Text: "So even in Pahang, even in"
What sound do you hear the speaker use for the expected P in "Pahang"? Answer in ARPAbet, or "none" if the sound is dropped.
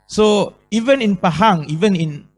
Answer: P